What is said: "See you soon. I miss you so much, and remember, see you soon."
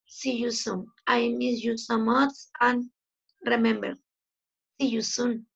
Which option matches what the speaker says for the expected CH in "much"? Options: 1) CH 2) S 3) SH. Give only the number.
2